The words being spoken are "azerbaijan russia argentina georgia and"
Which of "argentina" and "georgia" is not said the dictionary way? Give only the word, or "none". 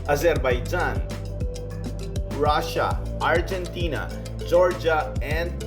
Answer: none